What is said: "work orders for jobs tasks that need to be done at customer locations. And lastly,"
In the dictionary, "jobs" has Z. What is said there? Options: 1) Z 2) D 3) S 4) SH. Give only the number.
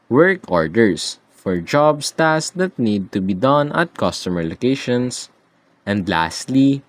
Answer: 3